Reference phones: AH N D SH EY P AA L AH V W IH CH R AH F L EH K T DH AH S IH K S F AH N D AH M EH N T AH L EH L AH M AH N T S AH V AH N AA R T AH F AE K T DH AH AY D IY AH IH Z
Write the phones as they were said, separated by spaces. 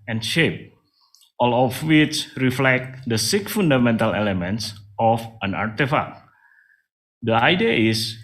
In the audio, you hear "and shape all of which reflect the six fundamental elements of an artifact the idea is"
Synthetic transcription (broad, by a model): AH N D SH EY P AA L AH F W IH CH R AH F L EH K T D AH S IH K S F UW N D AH M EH N T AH L EH L AH M AH N T S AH F AH N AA R T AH F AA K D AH AY D IY AH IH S